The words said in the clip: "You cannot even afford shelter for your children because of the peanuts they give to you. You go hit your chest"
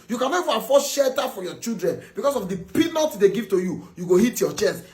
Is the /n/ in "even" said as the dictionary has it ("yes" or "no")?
no